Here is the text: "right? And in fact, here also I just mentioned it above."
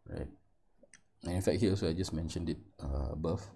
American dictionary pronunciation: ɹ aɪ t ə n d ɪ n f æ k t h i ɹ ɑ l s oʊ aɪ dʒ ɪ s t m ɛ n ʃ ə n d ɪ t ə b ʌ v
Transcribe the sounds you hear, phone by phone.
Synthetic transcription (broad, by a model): ɹ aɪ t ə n ɪ n f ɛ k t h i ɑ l s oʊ aɪ dʒ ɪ s m ɛ n ʃ ə n d ɪ t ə b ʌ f